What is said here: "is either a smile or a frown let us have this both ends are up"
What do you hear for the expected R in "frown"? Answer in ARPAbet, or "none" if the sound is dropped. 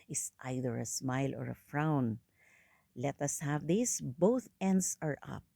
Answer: R